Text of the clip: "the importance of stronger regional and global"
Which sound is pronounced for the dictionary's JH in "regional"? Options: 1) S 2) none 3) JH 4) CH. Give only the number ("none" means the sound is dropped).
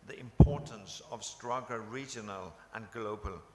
3